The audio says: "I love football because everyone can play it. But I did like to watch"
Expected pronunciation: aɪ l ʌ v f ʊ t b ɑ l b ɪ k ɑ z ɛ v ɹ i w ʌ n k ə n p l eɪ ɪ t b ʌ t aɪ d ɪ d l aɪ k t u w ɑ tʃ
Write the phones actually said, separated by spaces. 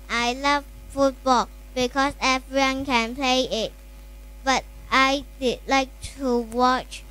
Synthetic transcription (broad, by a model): aɪ l ʌ v f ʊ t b ɑ l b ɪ k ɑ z ɛ v ɹ i w ʌ n k ə n p l eɪ ɪ t b ʌ t aɪ d ɪ d l aɪ k t u w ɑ tʃ